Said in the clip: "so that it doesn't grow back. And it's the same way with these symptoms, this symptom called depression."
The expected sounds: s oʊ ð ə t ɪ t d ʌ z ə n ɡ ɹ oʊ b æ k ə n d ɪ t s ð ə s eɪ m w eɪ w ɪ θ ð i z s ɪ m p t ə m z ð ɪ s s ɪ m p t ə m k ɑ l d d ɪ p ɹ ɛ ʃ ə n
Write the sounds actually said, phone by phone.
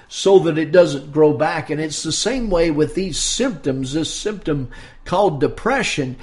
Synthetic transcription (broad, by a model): s oʊ ð ə t ɪ t d ʌ z ə n ɡ ɹ oʊ b æ k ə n ɪ t s ð ə s eɪ m w eɪ w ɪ ð i z s ɪ m p t ə m z ð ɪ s s ɪ m p t ə m k ɑ l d d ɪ p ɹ ɛ ʃ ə n